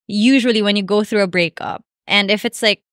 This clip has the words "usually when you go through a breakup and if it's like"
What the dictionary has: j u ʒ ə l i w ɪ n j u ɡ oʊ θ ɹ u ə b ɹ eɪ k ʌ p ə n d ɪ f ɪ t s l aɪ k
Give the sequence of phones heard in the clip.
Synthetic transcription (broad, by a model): j u ʒ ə l i w ɪ n j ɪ ɡ oʊ θ ɹ u ə b ɹ eɪ k ʌ p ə n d ɪ f ɪ t s l aɪ k